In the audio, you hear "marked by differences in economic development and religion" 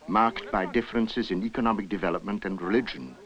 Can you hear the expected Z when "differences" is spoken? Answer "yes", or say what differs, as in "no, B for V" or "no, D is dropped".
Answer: yes